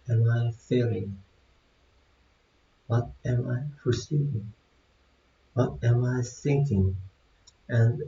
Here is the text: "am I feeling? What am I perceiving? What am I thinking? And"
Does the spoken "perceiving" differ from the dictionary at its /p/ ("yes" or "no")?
yes